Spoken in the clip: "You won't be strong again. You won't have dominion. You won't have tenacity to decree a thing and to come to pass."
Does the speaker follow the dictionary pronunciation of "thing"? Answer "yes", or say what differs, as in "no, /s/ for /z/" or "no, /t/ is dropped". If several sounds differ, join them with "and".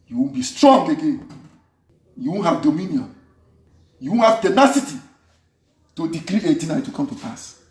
no, /t/ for /θ/